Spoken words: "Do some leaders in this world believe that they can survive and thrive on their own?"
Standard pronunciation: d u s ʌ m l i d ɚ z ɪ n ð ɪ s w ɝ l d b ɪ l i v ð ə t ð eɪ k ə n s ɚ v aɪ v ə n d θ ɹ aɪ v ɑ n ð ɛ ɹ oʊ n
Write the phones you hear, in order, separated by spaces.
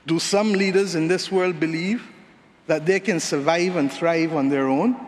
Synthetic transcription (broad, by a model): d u s ʌ m l i d ɚ z ɪ n ð ɪ s w ɝ l d b ɪ l i v ð ə t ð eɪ k ə n s ɚ v aɪ v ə n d θ ɹ aɪ v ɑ n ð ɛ ɹ oʊ n